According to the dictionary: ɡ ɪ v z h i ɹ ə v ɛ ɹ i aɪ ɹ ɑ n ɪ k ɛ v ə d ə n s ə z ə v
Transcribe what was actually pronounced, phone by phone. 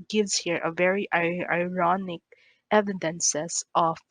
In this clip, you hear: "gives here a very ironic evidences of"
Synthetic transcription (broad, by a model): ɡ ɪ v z h i ɹ ə v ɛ ɹ i aɪ ɹ ɑ n ɪ k ɛ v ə d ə n s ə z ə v